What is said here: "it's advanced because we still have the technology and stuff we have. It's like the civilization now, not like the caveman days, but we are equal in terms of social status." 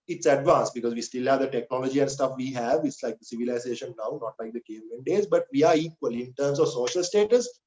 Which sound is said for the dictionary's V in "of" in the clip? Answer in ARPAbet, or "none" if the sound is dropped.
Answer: V